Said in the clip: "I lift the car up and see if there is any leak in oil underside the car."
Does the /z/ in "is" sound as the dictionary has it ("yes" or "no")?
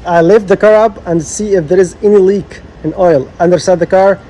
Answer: yes